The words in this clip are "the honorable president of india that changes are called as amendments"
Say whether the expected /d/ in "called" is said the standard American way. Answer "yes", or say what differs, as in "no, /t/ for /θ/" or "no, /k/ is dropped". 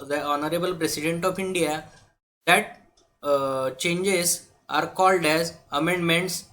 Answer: yes